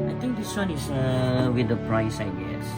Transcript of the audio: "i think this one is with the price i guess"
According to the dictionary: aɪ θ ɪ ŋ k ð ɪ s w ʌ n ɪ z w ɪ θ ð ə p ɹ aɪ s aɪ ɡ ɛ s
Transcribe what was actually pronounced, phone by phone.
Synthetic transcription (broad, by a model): aɪ t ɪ ŋ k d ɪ s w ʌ n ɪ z w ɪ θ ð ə p ɹ aɪ s aɪ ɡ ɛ s